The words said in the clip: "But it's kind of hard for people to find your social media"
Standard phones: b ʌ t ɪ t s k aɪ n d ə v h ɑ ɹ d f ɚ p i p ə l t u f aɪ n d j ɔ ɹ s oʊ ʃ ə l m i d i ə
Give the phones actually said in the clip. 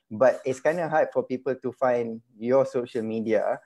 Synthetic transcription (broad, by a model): b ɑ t ɪ t s k aɪ n d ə h ɑ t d f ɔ p i p ə l t u f aɪ n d j ɔ s oʊ ʃ ə l m i d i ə